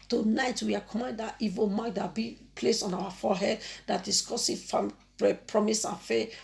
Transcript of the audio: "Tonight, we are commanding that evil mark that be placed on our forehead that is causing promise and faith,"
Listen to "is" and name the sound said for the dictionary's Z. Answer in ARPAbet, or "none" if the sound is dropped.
S